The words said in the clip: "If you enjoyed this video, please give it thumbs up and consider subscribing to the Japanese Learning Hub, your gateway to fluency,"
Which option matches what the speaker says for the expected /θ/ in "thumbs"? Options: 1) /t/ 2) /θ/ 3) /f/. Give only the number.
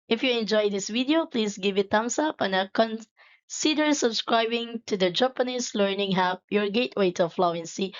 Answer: 1